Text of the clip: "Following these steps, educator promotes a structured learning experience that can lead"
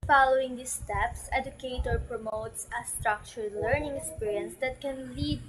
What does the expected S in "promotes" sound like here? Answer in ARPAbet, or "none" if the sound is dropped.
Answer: S